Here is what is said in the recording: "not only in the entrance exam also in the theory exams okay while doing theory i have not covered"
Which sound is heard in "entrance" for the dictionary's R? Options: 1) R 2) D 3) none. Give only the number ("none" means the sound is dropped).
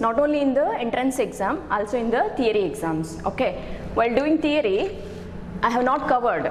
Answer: 1